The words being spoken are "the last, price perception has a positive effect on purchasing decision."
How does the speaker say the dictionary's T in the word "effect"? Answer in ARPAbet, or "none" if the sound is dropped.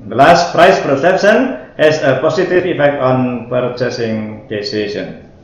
T